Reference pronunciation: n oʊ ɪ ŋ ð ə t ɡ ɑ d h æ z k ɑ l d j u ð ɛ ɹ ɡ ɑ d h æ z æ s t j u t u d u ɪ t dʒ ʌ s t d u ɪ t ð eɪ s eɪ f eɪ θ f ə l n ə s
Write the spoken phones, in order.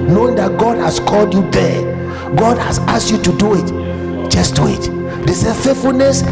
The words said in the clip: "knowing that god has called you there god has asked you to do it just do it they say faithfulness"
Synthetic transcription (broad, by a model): n oʊ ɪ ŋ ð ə t ɡ ɑ d h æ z k ɑ l d j u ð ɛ ɡ ɑ d h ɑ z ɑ s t j u t u d u ɪ t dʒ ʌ s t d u ɪ t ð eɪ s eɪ f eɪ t f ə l n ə s